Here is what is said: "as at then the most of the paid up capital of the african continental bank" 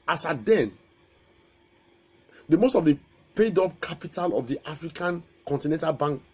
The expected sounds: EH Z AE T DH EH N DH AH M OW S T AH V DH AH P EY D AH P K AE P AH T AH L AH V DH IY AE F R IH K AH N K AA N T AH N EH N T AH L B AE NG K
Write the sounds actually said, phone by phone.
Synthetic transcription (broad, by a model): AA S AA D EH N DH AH M OW S T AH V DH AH P EY D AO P K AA P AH T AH L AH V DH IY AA F R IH K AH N K AA N T AH N EH N T AH L B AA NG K